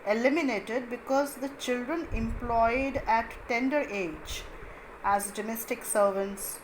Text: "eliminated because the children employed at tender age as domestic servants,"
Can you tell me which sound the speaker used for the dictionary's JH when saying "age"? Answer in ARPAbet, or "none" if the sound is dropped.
JH